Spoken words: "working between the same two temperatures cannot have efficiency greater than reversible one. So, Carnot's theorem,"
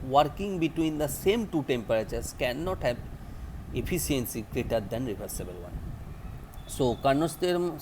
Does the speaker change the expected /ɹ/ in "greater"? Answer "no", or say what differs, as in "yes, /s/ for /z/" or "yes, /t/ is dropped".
no